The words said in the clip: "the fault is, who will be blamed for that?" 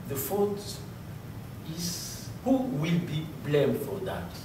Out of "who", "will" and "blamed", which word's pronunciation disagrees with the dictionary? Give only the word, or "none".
none